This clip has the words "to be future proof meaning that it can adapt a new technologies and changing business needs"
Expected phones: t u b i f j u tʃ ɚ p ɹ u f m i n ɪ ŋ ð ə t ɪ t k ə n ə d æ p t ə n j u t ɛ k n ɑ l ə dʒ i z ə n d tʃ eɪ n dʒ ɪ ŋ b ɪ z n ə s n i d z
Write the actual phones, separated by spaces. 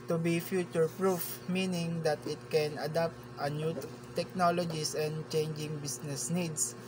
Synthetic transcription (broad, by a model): t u b i f j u tʃ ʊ p ɹ u f m i n ɪ ŋ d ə t ɪ t k ə n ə d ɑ p t ə n j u t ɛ k n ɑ l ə dʒ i s ə n d tʃ eɪ n dʒ ɪ ŋ b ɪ s n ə s n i d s